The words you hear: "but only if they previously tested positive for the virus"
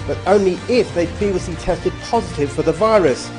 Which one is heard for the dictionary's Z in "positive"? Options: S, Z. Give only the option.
Z